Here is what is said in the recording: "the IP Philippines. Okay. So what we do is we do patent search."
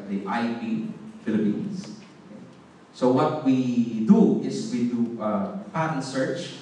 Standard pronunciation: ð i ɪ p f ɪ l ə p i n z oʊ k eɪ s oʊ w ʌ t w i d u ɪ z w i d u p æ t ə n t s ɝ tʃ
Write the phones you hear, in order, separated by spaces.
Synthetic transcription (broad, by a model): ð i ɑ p f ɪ l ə p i n s oʊ k eɪ s oʊ w ʌ t w i d u ɪ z w i d u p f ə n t s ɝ tʃ